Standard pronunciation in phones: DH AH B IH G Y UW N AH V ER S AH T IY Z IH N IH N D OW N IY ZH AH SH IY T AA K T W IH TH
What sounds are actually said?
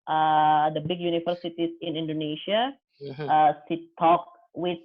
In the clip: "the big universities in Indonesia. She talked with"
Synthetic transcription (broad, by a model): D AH B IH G Y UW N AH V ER S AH T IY S IH N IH N D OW N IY SH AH S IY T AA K W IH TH